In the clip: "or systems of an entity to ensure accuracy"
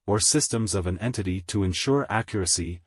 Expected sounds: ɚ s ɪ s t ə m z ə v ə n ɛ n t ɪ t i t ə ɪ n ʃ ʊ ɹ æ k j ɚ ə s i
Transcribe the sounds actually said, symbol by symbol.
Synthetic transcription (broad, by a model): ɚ s ɪ s t ə m z ə v ə n ɛ n t ɪ t i t ə ɪ n ʃ ʊ ɹ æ k j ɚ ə s i